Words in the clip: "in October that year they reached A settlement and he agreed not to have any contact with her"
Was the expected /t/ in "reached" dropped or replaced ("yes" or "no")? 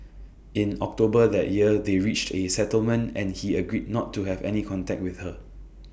no